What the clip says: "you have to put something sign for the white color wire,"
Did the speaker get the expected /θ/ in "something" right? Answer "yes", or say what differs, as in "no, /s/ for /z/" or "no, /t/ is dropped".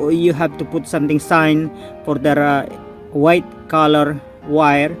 no, /t/ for /θ/